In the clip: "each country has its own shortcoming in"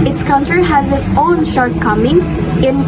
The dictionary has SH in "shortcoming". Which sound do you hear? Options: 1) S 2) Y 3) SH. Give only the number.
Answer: 3